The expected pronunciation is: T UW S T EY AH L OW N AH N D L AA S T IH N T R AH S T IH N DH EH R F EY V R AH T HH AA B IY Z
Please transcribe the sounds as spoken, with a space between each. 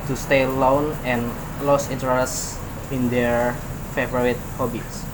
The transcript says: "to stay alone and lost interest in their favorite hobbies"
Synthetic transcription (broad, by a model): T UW S T EY L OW N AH N L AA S IH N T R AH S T IH N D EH R F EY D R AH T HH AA B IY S